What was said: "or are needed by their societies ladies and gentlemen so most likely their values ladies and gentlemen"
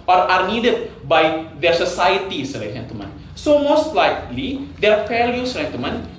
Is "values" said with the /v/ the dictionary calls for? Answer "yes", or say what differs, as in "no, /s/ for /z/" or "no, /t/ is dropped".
no, /f/ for /v/